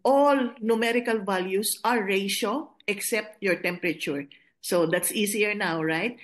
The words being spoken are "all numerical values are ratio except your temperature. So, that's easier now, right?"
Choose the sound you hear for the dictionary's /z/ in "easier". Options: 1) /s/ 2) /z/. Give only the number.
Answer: 1